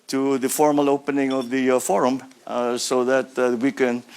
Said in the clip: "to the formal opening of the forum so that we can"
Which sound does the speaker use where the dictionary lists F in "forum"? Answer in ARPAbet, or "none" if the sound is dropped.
F